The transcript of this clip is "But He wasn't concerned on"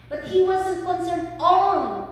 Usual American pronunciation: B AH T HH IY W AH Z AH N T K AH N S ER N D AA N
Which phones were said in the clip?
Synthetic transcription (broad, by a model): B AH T HH IY W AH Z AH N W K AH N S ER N AA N